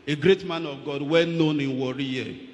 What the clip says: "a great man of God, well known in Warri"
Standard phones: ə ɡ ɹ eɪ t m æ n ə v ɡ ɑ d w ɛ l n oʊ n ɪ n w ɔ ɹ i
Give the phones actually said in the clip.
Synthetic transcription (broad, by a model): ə ɡ ɹ eɪ t m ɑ n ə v ɡ ɑ d w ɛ n n oʊ n ɪ n w ɔ ɹ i